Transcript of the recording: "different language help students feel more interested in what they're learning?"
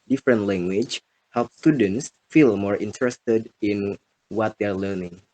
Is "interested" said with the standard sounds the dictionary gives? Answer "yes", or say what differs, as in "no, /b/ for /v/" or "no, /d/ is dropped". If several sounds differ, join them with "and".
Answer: yes